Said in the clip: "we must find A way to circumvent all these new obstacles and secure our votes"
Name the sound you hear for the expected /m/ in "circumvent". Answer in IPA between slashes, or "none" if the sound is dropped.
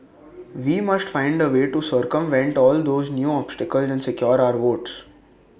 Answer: /m/